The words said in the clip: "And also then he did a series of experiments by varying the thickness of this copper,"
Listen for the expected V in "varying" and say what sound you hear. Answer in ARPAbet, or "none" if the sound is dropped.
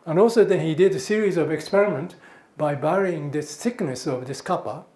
B